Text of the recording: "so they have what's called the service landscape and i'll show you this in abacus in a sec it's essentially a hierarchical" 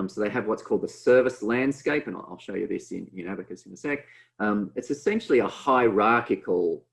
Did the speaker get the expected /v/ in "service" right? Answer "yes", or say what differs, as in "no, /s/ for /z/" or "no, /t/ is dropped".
yes